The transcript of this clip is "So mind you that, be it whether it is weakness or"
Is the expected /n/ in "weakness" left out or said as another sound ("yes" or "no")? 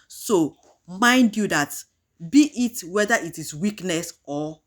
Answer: no